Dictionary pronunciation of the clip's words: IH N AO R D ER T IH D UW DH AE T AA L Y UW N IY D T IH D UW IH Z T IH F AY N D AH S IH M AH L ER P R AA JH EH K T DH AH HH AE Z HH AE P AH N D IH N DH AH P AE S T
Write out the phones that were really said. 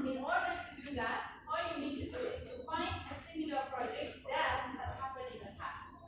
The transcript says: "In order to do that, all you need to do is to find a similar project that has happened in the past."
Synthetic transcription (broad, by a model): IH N AO R D ER T IH D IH DH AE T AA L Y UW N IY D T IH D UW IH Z T IH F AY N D AH S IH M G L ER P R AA JH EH K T DH AH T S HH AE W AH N IH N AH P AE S